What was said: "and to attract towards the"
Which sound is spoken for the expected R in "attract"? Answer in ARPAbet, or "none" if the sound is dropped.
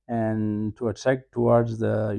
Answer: none